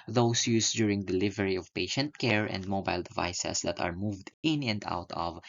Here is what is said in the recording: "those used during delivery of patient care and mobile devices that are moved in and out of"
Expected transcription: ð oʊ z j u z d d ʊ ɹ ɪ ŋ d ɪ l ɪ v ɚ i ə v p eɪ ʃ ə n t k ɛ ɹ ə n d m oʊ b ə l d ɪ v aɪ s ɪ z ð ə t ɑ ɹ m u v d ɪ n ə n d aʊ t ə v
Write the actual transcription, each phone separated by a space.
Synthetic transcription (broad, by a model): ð oʊ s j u s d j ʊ ɹ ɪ ŋ d ɪ l ɪ v ɚ i ə v p eɪ ʃ ə n t k ɛ ɹ ə n d m oʊ b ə l d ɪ v aɪ s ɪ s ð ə t ɑ ɹ m u v d ɪ n ə n d aʊ t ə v